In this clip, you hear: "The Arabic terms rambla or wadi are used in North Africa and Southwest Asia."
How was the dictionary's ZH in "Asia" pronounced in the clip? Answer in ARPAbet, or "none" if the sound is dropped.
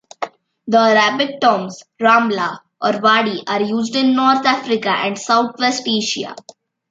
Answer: SH